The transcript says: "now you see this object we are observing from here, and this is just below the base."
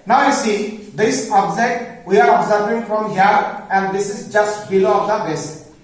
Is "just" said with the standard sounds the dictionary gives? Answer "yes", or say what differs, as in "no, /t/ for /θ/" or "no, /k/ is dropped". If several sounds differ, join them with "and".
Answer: yes